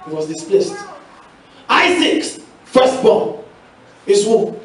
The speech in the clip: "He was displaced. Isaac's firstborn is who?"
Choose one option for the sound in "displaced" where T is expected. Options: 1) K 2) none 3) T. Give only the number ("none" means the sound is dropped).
3